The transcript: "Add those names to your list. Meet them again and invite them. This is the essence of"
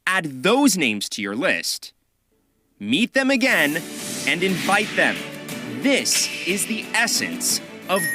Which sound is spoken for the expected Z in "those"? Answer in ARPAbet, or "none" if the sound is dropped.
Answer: Z